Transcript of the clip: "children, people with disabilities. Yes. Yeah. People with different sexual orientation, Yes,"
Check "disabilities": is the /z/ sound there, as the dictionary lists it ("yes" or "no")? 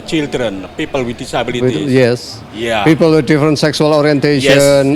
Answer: no